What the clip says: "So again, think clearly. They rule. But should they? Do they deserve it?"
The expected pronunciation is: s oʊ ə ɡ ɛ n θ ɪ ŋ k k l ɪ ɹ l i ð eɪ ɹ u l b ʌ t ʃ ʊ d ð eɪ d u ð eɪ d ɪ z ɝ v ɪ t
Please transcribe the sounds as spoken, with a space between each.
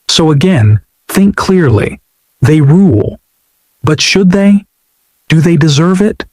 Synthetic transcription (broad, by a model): s oʊ ə ɡ ɛ n θ ɪ ŋ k k l ɪ ɹ l i ð eɪ ɹ u l b ʌ t ʃ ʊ d ð eɪ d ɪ ð eɪ d ɪ z ɝ v ɪ t